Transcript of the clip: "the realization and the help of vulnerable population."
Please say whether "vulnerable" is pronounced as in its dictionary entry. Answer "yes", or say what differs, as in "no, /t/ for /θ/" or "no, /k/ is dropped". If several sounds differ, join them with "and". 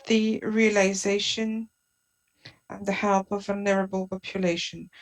yes